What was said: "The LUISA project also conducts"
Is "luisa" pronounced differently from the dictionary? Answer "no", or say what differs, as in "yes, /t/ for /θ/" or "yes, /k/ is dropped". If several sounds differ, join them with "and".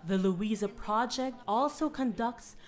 no